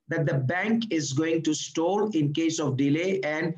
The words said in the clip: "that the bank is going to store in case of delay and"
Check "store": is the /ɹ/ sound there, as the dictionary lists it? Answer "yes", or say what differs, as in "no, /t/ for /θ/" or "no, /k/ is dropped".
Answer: no, /l/ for /ɹ/